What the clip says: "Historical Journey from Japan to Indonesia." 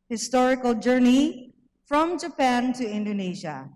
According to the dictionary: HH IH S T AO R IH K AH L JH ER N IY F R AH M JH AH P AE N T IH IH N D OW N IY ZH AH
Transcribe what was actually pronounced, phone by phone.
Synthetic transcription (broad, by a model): HH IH S T AO R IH K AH L JH ER N IY F R AH M JH AH P AE N T IH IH N D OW N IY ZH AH